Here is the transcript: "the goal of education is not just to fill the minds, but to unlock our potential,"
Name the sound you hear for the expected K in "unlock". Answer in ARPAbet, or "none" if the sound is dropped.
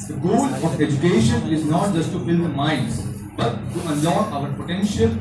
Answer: none